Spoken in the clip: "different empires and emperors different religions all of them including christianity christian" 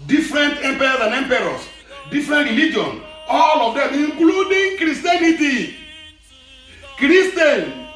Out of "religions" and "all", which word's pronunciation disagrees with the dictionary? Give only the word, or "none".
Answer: religions